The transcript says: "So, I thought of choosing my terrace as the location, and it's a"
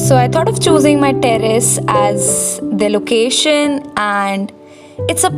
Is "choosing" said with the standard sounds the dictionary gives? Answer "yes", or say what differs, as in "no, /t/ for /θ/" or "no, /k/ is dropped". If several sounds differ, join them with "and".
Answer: yes